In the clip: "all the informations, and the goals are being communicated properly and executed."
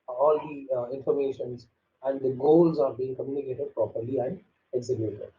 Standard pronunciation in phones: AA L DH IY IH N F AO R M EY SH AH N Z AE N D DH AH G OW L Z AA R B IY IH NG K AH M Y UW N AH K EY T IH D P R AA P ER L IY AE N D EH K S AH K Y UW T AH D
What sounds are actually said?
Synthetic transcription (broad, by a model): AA L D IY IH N F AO R M EY SH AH N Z AE N D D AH G OW L Z AA R B IY IH NG K AH M Y UW N AH K EY T IH D P R AA P ER L IY AE N D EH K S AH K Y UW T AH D